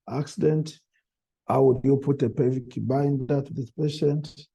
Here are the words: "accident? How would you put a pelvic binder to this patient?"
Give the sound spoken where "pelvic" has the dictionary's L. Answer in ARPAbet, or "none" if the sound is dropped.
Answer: none